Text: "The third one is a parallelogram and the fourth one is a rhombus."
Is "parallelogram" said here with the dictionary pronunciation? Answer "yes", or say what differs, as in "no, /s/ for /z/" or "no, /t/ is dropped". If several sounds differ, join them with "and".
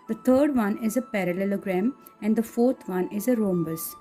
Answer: yes